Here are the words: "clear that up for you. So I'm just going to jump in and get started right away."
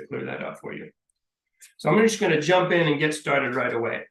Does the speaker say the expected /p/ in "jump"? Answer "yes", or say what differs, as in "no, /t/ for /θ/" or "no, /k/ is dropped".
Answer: yes